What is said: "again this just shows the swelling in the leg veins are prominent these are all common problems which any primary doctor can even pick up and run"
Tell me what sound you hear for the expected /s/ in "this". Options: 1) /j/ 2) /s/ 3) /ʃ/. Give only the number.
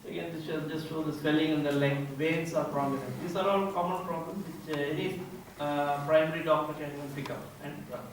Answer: 3